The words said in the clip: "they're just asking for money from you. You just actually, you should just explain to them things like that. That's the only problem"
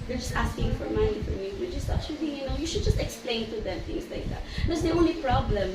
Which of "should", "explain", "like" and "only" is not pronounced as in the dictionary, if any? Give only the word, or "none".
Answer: none